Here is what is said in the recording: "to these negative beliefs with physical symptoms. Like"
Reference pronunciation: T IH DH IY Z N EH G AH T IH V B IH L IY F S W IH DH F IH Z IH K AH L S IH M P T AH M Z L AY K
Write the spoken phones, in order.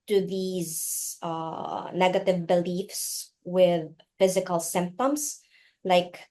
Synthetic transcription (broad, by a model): T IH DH IY Z N EH G AH T IH V B IH L IY F S W IH DH F IH Z IH K AH L S IH M P T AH M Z L AY K